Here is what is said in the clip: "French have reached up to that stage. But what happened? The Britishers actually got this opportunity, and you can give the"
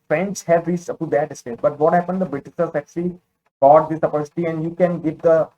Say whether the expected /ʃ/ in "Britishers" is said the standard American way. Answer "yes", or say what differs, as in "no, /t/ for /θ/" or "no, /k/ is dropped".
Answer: no, /s/ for /ʃ/